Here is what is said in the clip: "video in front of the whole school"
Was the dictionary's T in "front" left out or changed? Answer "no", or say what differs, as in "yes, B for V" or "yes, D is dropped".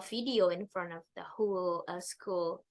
no